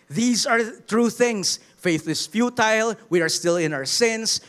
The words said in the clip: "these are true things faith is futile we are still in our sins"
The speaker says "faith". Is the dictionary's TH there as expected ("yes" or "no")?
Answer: yes